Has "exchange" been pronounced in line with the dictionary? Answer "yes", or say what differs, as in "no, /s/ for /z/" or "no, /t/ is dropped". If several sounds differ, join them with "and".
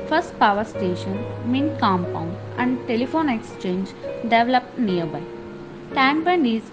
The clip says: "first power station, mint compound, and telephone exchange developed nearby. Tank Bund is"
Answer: yes